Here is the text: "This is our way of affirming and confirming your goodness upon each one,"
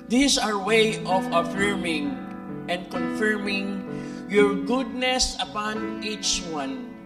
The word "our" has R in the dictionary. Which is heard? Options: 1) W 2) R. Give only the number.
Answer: 2